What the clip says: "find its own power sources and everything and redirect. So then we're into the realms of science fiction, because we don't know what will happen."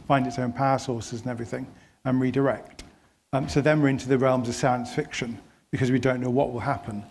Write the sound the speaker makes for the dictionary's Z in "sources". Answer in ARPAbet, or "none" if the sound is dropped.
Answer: Z